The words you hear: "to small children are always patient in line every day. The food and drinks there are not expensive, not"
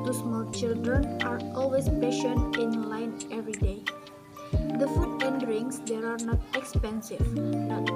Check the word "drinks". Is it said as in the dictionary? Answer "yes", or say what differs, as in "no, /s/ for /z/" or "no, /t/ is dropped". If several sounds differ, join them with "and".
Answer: no, /k/ is dropped